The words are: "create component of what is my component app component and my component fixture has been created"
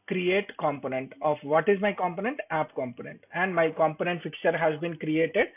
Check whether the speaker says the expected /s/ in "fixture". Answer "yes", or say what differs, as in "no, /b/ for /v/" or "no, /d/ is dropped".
no, /s/ is dropped